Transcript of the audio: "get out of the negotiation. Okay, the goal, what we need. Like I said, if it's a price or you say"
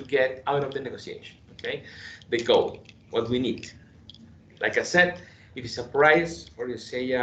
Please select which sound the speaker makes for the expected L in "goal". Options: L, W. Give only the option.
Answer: W